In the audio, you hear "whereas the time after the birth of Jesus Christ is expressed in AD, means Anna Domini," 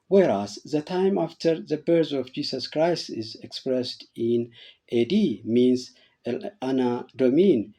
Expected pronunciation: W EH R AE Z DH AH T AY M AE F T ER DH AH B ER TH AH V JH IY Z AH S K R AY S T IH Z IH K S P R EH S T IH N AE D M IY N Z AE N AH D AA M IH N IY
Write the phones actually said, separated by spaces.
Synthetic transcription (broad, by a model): W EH R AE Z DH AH T AY M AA F T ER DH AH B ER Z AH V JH IY S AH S K R AY S T IH Z IH K S P R EH S T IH N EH D M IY N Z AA N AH D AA M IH N